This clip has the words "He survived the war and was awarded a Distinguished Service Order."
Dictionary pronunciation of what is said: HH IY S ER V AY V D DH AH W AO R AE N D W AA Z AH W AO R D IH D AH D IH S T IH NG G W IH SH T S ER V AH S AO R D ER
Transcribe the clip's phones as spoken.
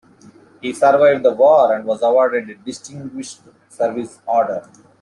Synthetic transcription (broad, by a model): HH IY S ER V AY V D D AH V AO R AE N D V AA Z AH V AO R D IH D D IH S T IH NG G W IH SH T S ER V AH S AO R D ER